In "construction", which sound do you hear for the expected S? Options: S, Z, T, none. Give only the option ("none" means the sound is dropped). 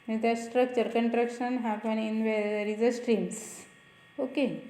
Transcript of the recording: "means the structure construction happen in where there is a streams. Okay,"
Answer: none